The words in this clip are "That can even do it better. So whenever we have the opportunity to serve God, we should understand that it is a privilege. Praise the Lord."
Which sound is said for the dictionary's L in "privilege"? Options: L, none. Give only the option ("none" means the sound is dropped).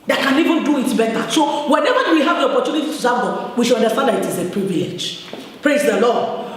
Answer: none